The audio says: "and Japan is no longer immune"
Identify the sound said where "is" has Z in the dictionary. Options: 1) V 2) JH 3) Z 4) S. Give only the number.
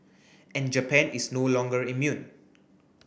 4